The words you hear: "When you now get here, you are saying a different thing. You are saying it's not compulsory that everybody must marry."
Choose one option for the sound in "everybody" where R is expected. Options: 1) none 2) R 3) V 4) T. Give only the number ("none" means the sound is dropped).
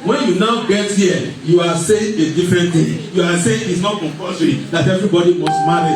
2